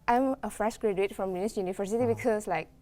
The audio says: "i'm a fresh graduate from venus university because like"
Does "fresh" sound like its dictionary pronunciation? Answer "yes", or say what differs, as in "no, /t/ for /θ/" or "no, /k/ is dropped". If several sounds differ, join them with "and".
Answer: yes